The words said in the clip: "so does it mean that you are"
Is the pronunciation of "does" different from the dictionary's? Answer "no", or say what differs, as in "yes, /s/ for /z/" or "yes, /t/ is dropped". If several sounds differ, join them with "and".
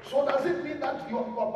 no